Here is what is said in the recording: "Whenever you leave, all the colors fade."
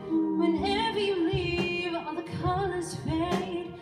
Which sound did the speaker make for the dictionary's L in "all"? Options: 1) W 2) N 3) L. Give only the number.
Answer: 2